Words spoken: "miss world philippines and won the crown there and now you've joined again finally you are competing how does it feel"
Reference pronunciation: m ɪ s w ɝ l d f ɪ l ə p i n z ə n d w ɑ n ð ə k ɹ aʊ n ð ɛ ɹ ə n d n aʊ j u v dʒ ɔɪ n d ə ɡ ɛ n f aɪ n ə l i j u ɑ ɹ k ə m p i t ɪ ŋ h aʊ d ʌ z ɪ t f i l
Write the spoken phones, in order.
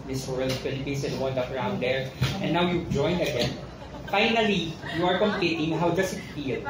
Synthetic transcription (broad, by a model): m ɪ s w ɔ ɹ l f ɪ l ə p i n s ə n d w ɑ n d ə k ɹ aʊ n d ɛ ɹ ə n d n aʊ j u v dʒ ɔɪ n d ə ɡ ɛ n f aɪ n ə l i j u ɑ ɹ k ə m p i t ɪ ŋ h aʊ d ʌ s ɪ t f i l